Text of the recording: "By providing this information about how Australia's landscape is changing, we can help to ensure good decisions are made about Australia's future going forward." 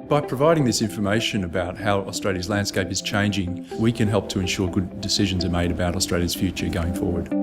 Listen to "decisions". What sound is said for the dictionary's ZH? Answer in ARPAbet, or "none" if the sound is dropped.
ZH